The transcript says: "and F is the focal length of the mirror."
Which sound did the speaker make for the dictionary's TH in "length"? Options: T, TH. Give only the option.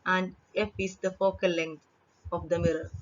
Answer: T